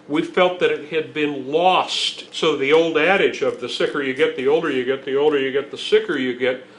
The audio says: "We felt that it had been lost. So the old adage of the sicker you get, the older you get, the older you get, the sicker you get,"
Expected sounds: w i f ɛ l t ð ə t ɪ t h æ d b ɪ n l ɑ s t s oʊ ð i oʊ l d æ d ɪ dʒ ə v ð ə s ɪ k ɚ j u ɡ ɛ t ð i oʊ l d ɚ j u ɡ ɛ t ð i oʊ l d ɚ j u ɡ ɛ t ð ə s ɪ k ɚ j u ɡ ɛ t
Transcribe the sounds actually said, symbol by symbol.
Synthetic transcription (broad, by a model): w i f ɛ l t ð ə t ɪ t h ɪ d b ɪ n l ɑ s t s oʊ ð i oʊ l d æ d ɪ dʒ ə v ð ə s ɪ k ɚ j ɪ ɡ ɛ t ð i oʊ l d ɚ j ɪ ɡ ɛ t ð i oʊ l d ɚ j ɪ ɡ ɛ t ð ə s ɪ k ɚ j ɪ ɡ ɛ t